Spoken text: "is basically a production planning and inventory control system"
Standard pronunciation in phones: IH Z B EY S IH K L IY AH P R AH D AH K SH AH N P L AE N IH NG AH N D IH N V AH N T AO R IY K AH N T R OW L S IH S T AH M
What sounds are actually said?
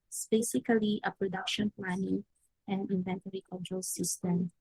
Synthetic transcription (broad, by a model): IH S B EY S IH K L IY AH P R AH D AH K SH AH N P L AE N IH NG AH N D IH N V AH N T AO R IY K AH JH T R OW L S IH S T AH M